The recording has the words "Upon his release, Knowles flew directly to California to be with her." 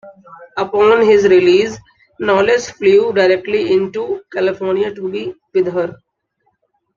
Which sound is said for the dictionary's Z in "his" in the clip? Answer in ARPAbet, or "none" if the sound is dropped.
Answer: Z